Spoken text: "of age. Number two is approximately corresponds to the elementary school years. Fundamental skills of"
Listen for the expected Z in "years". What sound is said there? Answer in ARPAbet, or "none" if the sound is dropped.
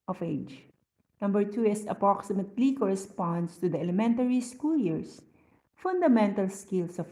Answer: S